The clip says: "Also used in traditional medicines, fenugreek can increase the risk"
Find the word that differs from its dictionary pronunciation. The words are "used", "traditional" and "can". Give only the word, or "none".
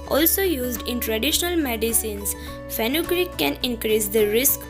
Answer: none